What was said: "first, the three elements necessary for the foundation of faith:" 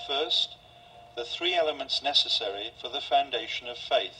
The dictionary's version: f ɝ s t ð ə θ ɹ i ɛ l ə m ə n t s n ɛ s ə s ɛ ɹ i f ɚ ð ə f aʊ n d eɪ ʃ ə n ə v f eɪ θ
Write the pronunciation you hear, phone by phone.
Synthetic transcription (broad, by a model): f ɝ s ð ə θ ɹ i ɛ l ə m ə n t s n ɛ s ə s ɛ ɹ i f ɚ ð ə f aʊ n d eɪ ʃ ə n ə v f eɪ θ